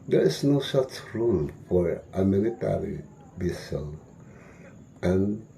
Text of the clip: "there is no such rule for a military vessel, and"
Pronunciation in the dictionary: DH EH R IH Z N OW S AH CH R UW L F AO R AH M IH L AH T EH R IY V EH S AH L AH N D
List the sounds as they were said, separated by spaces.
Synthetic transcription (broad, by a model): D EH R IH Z N OW S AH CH R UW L F AO R AH M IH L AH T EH R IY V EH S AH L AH N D